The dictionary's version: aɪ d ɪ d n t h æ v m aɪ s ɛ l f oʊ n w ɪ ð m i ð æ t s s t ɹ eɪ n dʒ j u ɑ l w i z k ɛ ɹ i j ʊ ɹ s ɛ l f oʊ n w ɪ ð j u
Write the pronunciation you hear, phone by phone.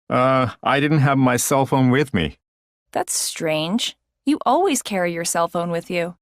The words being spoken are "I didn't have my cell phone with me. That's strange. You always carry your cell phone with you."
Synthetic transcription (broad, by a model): aɪ d ɪ d n t h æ v m aɪ s ɛ l f oʊ n w ɪ ð m i ð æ t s s t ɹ eɪ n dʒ j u ɑ l w i z k ɛ ɹ i j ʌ ɹ s ɛ l f oʊ n w ɪ ð j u